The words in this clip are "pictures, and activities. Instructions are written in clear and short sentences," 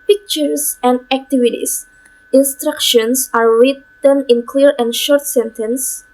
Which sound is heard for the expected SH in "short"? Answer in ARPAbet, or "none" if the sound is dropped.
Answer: SH